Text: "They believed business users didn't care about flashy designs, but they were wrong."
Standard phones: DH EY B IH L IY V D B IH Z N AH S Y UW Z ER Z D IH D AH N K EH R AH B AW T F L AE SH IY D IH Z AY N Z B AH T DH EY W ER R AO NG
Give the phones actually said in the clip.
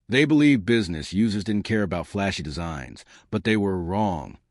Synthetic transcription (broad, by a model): DH EY B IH L IY V B IH Z N AH S Y UW Z ER Z D IH D N K EH R AH B AW T F L AE SH IY D IH Z AY N Z B AH T DH EY W ER R AO NG